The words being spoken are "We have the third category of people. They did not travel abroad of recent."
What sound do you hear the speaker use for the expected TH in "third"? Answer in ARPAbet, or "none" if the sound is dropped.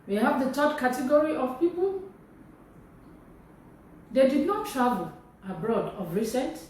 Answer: T